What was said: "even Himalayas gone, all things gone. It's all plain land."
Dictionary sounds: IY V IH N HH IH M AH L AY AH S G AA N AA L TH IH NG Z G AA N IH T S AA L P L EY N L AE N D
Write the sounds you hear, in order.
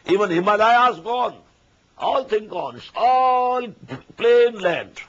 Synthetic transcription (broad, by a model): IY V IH N HH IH M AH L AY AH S G AA N AA L T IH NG G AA N IH T S AA L P L EY N L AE N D